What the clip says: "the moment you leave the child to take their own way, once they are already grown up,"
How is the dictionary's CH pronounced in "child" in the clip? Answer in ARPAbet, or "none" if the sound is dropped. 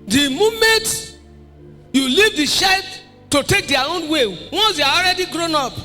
SH